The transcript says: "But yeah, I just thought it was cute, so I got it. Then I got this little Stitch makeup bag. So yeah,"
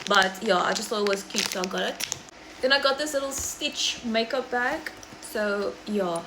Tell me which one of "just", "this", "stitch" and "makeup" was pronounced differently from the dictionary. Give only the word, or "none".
none